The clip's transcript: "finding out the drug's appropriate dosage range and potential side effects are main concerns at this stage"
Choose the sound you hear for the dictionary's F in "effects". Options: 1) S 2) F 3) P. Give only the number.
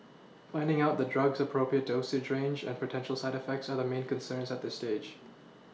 2